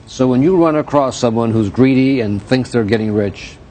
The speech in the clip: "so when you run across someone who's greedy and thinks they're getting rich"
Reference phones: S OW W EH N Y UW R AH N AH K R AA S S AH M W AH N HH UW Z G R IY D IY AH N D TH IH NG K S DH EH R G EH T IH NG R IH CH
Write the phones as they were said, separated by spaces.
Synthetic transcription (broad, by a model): S OW W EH N Y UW R AH N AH K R AA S S AH M W AH N HH UW Z G R IY D IY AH N TH IH NG K S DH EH R G EH T IH NG R IH CH